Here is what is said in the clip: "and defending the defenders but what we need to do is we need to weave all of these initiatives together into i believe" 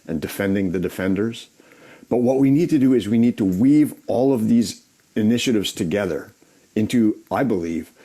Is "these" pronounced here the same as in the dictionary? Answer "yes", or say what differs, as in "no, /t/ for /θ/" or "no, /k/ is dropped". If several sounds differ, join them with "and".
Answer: yes